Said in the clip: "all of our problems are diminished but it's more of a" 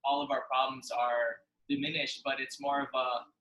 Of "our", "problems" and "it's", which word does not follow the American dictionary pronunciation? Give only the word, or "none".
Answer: none